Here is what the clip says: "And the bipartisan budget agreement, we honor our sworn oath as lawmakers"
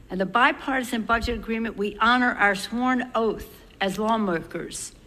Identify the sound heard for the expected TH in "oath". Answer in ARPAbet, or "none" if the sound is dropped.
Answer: TH